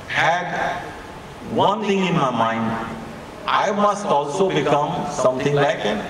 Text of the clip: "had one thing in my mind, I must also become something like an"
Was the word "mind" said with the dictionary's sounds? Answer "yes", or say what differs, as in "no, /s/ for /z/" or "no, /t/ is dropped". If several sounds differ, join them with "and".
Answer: yes